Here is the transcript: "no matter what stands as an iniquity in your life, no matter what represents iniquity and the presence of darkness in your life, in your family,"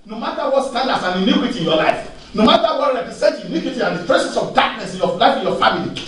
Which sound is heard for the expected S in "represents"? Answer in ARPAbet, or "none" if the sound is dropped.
none